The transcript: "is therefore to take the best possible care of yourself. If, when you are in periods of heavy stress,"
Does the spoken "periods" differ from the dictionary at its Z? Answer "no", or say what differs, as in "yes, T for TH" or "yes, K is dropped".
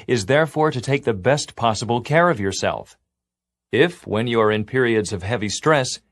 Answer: no